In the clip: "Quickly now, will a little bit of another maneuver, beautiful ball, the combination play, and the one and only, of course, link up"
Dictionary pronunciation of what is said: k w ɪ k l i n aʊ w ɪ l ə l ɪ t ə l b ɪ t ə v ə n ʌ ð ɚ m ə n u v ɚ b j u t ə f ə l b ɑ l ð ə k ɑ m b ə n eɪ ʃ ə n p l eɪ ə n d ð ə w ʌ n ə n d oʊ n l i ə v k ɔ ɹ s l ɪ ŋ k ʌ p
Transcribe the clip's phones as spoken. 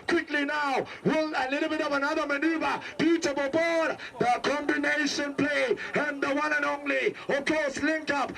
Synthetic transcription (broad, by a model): k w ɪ k l i n aʊ w ɪ l ə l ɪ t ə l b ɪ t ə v ə n ʌ ð ɚ m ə n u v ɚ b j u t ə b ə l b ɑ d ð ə k ɑ m b ə n eɪ ʃ ə n p l eɪ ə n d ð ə w ʌ n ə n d oʊ n l i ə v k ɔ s l ɪ ŋ k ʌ p